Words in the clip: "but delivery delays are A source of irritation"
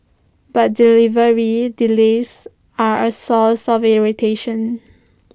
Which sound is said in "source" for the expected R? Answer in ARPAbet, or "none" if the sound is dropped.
L